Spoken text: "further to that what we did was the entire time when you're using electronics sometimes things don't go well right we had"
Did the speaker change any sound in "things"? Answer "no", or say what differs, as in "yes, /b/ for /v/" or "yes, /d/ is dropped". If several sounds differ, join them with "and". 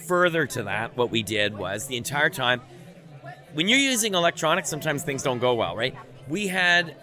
no